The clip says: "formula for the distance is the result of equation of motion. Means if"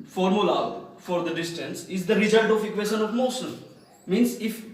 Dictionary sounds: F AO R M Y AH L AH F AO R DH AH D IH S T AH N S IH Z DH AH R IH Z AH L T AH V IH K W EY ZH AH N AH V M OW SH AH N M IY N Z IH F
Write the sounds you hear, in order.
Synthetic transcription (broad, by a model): F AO R M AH L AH F AO R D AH D IH S T AH N S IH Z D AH R IH Z AH L T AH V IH K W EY SH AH N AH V M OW S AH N M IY N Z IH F